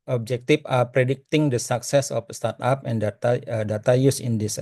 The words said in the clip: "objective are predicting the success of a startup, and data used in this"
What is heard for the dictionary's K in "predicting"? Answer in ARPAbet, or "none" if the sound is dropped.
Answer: K